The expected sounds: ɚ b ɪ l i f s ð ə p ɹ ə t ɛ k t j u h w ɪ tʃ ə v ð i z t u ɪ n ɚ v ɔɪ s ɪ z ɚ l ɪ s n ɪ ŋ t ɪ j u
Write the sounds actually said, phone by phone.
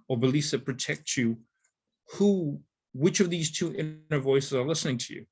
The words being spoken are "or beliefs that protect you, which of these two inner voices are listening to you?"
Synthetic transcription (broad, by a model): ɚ b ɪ l i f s ð ə p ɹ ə t ɛ k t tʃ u h w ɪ tʃ ə v ð i z t u ɪ n ɚ v ɔɪ s ɪ z ɚ l ɪ s n ɪ ŋ t ɪ j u